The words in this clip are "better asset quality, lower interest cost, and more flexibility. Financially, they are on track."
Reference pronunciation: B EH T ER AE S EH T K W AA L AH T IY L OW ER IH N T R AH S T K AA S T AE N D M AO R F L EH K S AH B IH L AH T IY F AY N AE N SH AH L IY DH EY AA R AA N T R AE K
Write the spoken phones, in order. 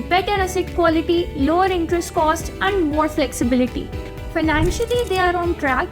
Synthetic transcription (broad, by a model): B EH T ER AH S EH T K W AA L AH T IY L OW ER IH N T R AH S T K AA S T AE N D M AO R F L EH K S AH B IH L AH T IY F AY N AE N SH AH L IY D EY AA R AA N T R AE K